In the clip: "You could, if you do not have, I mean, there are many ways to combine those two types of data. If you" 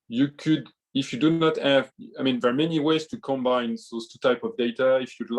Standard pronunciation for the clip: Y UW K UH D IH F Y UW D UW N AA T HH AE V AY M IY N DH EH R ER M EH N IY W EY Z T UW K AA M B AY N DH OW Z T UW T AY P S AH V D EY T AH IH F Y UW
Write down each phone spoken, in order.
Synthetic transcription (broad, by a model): Y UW K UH D IH F Y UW D UW N AA T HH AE V AY M IY N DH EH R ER M EH N IY W EY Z T UW K AA M B AY N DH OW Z T UW T AY P AH V D EY T AH IH F Y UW